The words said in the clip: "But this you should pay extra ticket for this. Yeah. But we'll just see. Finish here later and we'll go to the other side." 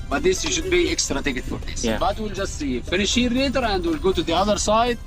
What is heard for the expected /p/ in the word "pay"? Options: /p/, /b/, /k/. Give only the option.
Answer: /b/